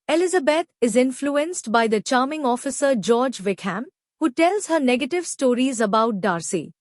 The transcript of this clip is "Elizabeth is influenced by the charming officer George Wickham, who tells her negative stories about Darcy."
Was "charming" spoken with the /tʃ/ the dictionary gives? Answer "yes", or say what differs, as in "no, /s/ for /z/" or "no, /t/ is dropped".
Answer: yes